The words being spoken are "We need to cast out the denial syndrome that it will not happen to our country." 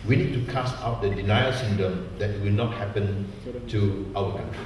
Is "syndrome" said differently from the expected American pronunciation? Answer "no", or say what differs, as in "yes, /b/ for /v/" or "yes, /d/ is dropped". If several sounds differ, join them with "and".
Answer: yes, /ɹ/ is dropped